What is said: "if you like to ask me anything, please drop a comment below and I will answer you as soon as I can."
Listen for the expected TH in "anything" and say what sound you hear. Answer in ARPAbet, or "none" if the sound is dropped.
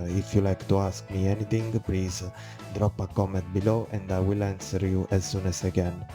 T